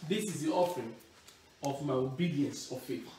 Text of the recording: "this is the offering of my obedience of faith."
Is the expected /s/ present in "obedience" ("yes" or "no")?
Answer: yes